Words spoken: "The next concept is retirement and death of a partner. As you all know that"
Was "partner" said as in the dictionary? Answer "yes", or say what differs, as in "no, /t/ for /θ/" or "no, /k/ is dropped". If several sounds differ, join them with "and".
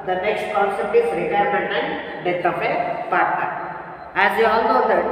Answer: no, /n/ is dropped